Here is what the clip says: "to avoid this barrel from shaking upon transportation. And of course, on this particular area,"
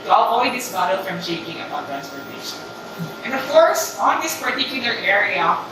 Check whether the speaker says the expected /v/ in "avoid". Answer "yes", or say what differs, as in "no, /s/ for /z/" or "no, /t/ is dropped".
no, /w/ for /v/